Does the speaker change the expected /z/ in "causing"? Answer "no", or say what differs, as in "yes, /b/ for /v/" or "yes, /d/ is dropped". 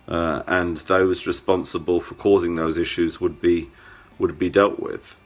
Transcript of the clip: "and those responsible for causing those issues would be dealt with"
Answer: no